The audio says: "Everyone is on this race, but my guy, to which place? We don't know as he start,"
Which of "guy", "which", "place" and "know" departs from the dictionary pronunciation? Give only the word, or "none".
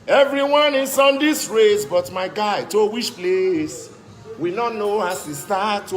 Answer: which